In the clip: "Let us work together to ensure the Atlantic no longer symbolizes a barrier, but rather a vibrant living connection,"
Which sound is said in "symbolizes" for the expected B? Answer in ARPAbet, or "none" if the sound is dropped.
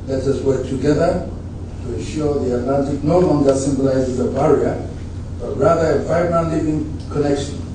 B